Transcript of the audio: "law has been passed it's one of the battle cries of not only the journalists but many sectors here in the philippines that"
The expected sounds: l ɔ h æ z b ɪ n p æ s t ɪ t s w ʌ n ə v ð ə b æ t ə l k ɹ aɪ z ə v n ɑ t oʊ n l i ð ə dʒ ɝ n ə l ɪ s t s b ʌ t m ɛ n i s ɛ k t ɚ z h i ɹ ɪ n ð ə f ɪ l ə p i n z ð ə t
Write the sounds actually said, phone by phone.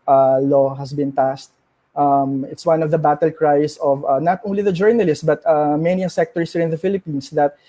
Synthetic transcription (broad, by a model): l ɔ h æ s b ɪ n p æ s t ɪ t s w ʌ n ə v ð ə b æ t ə l k ɹ aɪ s ə v n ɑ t oʊ n l i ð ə dʒ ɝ n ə l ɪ s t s b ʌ t m ɛ n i s ɛ k t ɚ s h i ɹ ɪ n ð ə f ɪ l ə p i n s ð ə t